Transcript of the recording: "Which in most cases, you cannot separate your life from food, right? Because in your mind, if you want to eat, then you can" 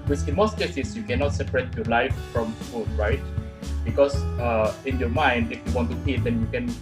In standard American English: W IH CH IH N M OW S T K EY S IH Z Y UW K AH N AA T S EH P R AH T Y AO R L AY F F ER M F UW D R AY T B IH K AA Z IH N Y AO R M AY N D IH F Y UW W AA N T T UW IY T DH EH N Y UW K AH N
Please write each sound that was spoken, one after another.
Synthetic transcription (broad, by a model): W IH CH IH N M OW S T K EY S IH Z Y UW K AH N AA T S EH P R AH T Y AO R L AY F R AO M F UW D R AY T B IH K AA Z IH N Y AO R M AY N D IH F Y UW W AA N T T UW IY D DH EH N Y UW K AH N